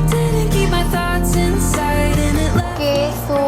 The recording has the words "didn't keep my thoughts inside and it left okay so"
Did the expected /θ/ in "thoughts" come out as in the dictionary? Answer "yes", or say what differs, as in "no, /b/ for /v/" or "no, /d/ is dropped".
yes